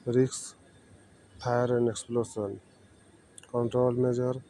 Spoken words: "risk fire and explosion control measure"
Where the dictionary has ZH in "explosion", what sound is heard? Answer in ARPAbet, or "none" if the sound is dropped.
S